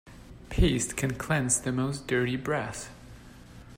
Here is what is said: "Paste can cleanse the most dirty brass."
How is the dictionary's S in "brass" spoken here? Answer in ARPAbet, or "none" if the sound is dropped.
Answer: TH